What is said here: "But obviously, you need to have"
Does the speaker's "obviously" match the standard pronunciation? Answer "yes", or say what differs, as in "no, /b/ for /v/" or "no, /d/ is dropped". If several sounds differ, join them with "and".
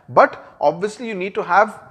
yes